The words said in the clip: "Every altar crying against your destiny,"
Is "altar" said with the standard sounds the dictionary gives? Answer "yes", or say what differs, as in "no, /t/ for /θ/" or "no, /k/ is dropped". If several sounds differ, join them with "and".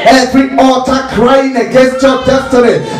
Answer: no, /l/ is dropped